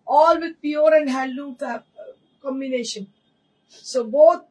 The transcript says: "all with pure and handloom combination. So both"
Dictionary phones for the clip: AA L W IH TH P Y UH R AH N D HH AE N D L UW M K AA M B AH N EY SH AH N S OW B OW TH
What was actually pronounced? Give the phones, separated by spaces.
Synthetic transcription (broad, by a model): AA L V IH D P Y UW R AH N D HH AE L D UW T K AA M B AH N EY SH AH N S OW B OW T